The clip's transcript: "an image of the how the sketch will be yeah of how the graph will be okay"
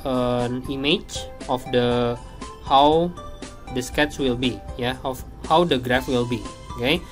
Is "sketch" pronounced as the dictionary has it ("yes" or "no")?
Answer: no